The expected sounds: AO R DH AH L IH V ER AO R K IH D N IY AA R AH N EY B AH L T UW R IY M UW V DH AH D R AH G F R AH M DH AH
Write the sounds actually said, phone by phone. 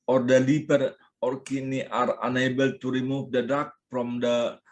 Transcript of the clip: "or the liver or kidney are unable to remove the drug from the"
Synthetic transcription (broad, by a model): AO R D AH L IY P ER AO R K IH N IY AA R AH N EY B AH L T UW R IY M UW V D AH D AA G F R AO M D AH